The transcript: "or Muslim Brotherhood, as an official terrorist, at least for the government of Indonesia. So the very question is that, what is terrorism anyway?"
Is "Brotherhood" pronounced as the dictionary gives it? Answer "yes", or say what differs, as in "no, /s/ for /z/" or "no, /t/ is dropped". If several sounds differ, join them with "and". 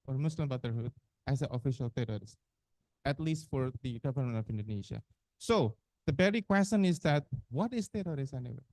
no, /ɹ/ is dropped